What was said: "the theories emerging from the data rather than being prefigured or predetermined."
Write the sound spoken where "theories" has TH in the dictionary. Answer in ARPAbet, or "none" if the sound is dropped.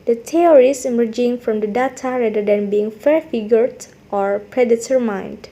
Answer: T